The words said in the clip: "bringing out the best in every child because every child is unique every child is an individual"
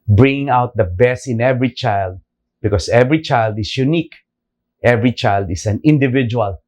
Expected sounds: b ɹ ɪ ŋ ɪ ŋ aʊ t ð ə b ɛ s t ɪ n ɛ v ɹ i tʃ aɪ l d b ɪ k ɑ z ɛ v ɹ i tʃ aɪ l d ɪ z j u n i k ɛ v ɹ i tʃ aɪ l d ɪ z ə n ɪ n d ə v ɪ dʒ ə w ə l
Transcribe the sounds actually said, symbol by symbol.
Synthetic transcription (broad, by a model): b ɹ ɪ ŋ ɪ ŋ aʊ t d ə b ɛ s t ɪ n ɛ v ɹ i tʃ aɪ l d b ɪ k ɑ s ɛ v ɹ i tʃ aɪ l d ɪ s j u n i k ɛ v ɹ i tʃ aɪ l d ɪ s ə n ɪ n d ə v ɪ dʒ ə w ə l